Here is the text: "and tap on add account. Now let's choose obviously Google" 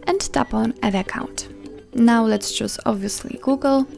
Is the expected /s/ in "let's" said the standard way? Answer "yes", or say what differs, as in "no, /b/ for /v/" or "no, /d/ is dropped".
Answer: yes